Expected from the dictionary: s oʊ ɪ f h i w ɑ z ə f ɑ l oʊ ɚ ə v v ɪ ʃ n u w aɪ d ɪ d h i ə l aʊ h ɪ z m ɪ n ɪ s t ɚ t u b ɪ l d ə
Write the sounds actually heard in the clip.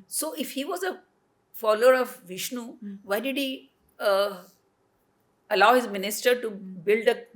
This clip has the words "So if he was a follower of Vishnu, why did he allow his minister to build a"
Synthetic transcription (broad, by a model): s oʊ ɪ f h i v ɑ z ə f ɑ l oʊ ɚ ə v v ɪ ʃ n u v aɪ d ɪ d h i ə l aʊ h ɪ z m ɪ n ɪ s t ɚ t u b ɪ l d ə